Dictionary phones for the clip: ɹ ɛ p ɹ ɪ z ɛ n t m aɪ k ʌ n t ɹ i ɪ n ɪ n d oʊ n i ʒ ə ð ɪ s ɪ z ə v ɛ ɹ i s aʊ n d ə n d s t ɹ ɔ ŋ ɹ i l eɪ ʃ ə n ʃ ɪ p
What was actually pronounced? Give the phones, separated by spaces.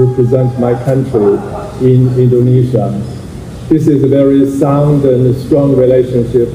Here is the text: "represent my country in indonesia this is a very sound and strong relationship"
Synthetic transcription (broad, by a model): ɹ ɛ p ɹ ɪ z ɛ n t m aɪ k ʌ n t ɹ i ɪ n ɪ n d oʊ n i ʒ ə ð ɪ s ɪ z ə v ɛ ɹ i s aʊ n d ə n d s t ɹ ɔ ŋ ɹ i l eɪ ʃ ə n ʃ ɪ p